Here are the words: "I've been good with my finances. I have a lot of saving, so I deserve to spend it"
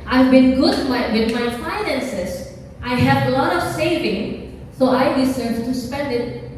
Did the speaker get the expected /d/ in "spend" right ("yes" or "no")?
yes